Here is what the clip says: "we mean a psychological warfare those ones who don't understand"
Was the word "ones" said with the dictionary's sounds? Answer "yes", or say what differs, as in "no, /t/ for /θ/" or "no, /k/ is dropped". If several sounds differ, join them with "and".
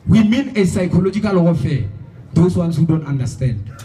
no, /s/ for /z/